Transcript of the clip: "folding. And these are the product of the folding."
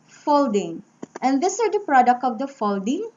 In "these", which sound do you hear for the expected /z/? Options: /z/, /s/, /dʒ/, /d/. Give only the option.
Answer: /s/